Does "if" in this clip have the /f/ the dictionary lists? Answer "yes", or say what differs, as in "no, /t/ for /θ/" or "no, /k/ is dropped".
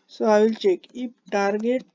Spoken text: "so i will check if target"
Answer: no, /p/ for /f/